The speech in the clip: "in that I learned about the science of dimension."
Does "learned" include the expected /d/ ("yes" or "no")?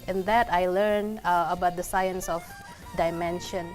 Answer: no